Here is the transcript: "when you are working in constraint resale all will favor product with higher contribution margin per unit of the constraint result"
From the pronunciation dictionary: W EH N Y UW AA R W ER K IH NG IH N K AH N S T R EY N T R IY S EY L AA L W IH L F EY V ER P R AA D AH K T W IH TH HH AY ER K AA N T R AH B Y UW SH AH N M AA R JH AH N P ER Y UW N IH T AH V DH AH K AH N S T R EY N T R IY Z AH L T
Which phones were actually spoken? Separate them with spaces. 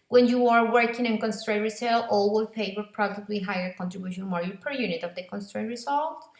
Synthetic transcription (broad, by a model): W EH N Y UW AA R W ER K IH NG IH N K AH N S T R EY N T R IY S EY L AA L W IH L P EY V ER P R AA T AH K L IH HH AY ER K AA N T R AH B Y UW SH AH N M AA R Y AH P ER Y UW N IH T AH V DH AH K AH N S T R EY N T R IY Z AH L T